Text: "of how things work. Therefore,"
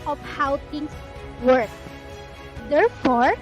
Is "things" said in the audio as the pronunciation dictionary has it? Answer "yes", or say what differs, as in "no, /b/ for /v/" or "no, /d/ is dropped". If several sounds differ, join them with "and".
no, /t/ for /θ/